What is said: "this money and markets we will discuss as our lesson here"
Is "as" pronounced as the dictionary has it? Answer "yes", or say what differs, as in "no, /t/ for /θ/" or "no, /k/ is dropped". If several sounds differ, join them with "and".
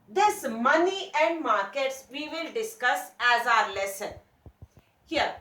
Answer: yes